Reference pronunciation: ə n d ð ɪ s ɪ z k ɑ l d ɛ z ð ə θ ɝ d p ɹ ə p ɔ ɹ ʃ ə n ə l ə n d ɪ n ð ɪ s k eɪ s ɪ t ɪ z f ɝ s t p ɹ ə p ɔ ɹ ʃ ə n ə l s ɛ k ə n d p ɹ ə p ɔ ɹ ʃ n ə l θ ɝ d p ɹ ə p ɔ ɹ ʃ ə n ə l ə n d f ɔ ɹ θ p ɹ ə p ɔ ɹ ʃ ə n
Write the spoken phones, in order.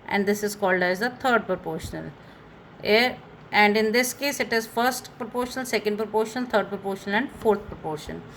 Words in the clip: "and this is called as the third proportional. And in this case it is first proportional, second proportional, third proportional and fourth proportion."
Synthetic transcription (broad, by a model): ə n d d ɪ s ɪ z k ɑ l d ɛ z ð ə t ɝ d p ɹ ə p ɔ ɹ ʃ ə n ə l ə n d ɪ n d ɪ s k eɪ s ɪ t ɪ z f ɝ s t p ɹ ə p ɔ ɹ ʃ ə n ə l s ɛ k ə n d p ɹ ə p ɔ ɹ ʃ ə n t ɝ d p ɹ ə p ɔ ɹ ʃ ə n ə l ə n d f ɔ ɹ t p ɹ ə p ɔ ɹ ʃ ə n